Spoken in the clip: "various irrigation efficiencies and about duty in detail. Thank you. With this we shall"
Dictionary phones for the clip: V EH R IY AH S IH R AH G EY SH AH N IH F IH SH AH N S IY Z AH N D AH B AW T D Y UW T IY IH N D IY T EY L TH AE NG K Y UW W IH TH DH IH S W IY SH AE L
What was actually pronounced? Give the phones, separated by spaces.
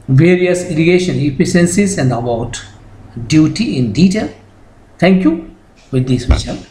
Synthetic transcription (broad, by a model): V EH R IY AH S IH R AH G EY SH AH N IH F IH S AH N S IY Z AH N D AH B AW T D Y UW T IY IH N D IY T EY L T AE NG K Y UW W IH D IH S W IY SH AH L